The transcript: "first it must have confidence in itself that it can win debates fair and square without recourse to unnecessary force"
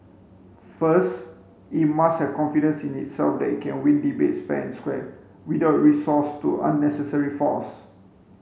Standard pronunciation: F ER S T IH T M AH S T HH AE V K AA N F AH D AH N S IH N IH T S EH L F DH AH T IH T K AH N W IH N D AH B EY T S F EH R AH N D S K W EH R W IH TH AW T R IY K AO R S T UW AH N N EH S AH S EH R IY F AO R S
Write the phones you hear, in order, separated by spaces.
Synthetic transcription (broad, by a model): F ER S T IH T M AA S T HH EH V K AA N F AH D AH N S IH N IH T S EH L F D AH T IH T K AH N W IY N D AH B EY T S P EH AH N S K W EH W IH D AW T R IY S AO S T UW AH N N EH S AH S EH R IY F AO S